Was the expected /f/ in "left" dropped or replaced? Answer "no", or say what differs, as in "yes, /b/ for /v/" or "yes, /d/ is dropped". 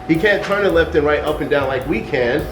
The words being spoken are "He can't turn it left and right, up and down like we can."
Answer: no